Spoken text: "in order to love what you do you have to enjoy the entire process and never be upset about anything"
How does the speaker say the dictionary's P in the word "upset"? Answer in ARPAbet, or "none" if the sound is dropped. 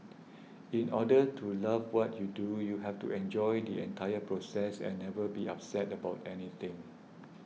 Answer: P